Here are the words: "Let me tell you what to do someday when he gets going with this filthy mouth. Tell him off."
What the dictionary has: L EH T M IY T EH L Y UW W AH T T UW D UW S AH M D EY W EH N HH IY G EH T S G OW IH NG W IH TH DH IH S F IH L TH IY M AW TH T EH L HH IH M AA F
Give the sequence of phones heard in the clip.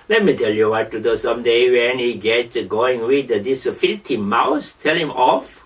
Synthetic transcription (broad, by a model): L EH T M IY T EH L Y UW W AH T T UW D UW S AH M D EY W EH N HH IY G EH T G OW IH NG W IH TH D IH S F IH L T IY M AW S T EH L HH IH M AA F